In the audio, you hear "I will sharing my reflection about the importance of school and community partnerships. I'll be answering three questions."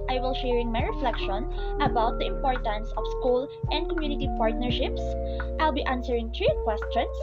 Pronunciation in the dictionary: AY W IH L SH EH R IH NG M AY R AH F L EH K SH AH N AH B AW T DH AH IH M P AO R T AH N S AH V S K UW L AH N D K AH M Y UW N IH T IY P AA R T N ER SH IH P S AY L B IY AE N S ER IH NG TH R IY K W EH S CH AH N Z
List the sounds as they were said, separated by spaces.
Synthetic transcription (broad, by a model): AY W IH L SH EH R IH NG M AY R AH F L EH K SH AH N AH B AW T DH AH IH M P AO R T AH N S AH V S K UW L AH N D K AH M Y UW N IH T IY P AA R T N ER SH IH P S AY L B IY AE N S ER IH NG T R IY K W EH S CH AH N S